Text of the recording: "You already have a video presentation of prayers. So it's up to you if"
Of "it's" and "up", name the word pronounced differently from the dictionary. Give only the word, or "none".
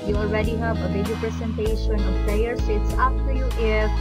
up